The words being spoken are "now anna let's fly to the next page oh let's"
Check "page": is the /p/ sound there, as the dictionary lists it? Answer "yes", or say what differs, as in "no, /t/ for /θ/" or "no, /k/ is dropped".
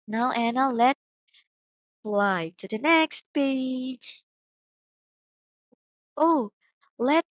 no, /b/ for /p/